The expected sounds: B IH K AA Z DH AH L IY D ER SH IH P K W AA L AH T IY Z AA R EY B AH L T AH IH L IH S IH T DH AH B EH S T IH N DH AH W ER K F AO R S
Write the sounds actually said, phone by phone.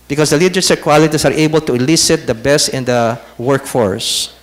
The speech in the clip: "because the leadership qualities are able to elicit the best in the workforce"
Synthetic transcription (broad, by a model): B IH K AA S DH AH L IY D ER S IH K W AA L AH T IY S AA R EY B AH L T AH IH L IH S IH T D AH B EH S T IH N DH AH W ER K F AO R S